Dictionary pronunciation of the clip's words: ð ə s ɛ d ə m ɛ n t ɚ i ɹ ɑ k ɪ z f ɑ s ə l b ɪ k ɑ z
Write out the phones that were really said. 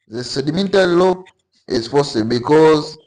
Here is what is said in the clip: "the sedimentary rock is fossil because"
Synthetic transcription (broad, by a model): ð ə s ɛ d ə m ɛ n t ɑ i l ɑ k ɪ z p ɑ s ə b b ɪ k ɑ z